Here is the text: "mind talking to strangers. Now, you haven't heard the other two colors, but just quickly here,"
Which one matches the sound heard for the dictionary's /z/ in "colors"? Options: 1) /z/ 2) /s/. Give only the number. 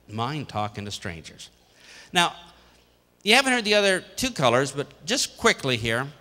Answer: 1